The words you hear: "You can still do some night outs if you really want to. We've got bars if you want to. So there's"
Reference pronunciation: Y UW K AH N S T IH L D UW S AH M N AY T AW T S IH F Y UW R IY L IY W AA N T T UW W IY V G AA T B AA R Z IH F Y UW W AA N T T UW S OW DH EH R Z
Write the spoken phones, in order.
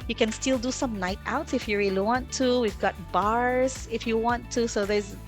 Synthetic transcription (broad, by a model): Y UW K AH N S T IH L D UW S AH M N AY T AW T S IH F Y UW R IY L IY W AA N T T UW W IY V G AA T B AA R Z IH F Y UW W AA N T T UW S OW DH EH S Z